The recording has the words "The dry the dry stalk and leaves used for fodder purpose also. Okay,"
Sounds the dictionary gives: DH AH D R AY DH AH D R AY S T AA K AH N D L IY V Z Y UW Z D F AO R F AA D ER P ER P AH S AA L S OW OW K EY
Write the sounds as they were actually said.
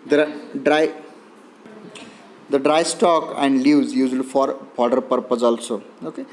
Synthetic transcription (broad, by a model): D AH D R AY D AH D R AY S T AA K AH N D L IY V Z Y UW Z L F AO R P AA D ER P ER P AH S AA L S OW OW K EY